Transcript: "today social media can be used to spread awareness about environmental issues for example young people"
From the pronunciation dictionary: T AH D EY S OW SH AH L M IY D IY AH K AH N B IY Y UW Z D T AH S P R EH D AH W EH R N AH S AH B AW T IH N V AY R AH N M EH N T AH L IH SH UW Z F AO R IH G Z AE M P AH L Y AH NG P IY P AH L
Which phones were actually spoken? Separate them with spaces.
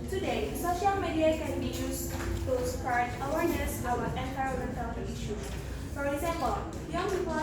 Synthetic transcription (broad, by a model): T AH D EY S OW SH AH L M IY D IY AH K AH N B IY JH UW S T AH S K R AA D AH W EH R N AH S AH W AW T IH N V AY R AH M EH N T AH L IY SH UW F AO R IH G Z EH M P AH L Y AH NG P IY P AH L